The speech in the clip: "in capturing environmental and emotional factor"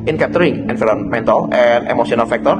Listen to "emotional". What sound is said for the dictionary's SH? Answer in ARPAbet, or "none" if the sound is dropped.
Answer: S